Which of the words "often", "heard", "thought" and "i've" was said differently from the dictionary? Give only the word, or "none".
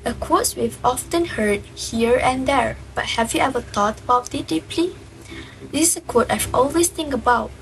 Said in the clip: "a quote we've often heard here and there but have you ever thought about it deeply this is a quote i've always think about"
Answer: thought